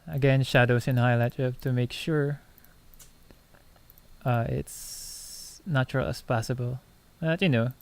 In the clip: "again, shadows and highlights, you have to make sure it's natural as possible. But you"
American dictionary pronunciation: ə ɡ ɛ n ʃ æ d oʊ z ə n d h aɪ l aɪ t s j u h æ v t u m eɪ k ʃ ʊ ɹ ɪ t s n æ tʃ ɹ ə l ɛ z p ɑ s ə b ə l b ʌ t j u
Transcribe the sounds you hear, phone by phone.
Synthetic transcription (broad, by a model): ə ɡ ɛ n ʃ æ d oʊ s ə n h aɪ l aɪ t j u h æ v t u m eɪ k ʃ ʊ ɹ ɪ t s n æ tʃ ɹ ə l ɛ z p ɑ s ə b ə l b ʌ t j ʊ